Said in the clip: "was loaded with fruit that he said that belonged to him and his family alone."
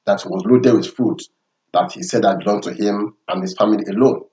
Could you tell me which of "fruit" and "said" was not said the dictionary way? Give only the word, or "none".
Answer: fruit